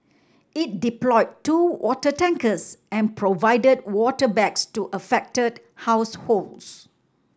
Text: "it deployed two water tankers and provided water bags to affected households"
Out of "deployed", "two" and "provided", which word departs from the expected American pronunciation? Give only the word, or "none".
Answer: none